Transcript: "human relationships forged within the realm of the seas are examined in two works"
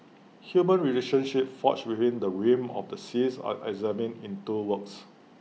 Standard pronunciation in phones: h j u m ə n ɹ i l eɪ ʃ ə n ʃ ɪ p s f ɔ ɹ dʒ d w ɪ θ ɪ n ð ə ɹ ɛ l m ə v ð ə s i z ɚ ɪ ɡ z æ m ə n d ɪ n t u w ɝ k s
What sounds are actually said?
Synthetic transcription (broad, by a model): h j u m ə n ɹ i l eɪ ʃ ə n ʃ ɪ p f ɔ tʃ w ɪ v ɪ n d ə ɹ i m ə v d ə s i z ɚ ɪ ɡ z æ m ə n ɪ n t u w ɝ k s